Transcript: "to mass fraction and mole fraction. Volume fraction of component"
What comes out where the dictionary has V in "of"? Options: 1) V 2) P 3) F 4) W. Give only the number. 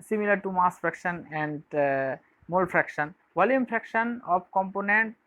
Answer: 2